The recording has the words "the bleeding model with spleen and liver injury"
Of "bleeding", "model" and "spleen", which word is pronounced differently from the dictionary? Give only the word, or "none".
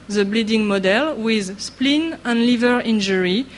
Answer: none